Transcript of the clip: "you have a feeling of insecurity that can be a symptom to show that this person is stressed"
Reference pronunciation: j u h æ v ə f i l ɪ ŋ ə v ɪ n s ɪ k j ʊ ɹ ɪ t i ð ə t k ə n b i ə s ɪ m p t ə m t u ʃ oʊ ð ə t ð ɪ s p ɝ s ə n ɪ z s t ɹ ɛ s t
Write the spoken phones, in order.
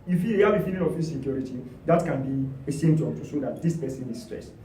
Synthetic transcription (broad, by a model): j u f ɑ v ə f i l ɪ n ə f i s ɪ k j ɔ ɹ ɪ t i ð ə t k ə n b i ə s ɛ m t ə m t u s oʊ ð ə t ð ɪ s p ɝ s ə n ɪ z s t ɹ ɛ s t